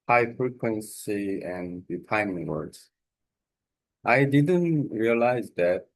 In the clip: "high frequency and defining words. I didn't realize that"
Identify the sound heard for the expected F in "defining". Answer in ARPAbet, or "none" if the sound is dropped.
P